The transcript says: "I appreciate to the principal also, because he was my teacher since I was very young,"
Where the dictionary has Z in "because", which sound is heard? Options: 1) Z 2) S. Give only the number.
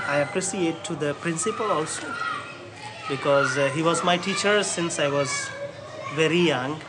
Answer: 1